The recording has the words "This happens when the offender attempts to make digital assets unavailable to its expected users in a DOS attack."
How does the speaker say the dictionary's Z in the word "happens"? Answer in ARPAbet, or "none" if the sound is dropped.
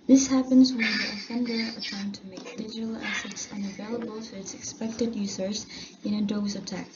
Z